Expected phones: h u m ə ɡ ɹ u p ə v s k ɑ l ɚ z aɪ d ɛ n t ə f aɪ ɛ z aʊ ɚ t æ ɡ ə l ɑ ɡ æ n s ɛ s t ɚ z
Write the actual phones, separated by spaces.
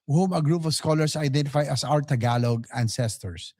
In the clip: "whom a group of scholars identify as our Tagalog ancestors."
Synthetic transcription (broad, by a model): h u m ə ɡ ɹ u p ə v s k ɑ l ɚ s aɪ d ɛ n t ə f aɪ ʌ s aʊ ɚ t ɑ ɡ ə l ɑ ɡ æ n s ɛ s t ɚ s